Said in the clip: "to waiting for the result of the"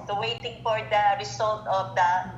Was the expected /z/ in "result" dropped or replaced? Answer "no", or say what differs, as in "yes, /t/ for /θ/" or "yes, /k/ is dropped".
yes, /s/ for /z/